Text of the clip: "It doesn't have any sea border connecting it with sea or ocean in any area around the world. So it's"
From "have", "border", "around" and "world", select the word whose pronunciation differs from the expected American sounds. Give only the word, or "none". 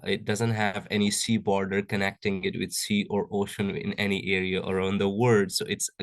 world